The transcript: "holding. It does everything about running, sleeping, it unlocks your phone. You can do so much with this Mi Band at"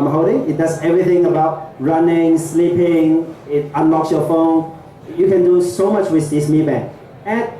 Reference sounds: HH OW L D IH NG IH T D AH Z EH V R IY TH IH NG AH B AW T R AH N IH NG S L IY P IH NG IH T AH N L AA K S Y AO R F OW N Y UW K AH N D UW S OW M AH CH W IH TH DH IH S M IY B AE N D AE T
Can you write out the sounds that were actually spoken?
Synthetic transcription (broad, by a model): HH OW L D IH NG IH T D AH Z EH V R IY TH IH NG AH B AW T R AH N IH NG S L IY P IH NG IH T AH N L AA K S Y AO F OW N Y UW K AH N D UW S OW M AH CH W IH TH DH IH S M IY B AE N AE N